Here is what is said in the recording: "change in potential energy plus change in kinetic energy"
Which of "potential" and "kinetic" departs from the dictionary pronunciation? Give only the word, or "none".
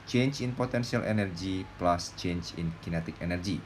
potential